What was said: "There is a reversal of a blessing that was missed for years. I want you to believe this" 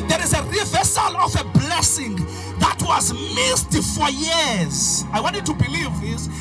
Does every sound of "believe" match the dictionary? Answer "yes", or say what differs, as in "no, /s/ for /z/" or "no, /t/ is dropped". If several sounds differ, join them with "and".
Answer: yes